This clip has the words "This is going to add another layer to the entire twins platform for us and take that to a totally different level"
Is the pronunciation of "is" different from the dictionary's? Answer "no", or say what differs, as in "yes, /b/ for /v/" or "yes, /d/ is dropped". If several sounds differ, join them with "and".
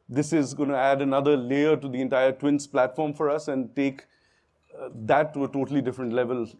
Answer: no